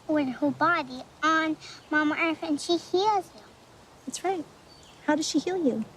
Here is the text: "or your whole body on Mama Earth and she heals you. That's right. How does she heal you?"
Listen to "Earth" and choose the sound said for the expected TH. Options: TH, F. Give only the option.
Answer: F